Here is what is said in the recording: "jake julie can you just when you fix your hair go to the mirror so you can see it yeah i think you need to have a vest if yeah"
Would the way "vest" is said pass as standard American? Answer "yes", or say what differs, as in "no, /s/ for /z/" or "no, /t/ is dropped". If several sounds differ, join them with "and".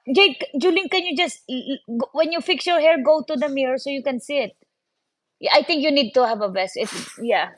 no, /b/ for /v/